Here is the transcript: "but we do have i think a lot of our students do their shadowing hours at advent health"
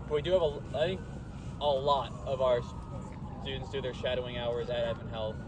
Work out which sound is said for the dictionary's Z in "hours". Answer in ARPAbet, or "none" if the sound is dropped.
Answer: Z